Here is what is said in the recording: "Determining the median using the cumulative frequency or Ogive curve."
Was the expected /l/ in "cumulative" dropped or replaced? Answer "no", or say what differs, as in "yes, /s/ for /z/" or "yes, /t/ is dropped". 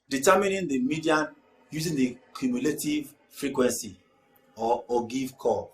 no